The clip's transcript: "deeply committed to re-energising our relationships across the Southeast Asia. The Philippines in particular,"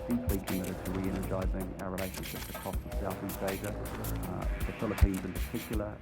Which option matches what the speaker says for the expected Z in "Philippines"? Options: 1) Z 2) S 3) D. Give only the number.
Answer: 1